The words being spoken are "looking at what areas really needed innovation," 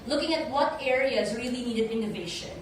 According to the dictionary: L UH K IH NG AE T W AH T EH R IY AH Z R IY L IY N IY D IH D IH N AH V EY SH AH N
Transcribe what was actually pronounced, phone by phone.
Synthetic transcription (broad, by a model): L UH K IH NG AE T W AH T EH R IY AH Z R IY L IY N IY D IH D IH N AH V EY SH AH N